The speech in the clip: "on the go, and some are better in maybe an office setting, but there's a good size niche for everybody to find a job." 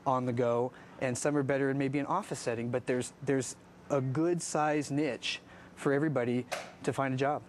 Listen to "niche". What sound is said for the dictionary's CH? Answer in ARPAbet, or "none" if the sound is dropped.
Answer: CH